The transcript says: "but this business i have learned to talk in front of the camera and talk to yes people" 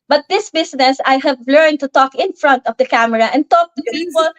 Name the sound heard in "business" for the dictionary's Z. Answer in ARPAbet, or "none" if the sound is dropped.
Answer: S